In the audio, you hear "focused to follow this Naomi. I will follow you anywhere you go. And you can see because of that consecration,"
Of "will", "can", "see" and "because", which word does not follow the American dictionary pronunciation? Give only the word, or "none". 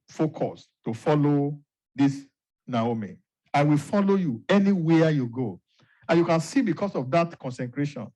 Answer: because